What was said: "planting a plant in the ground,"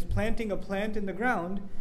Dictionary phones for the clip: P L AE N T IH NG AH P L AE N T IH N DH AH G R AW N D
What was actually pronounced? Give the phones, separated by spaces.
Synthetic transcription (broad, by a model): P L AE N T IH NG AH P L AE N T IH N DH AH G R AW N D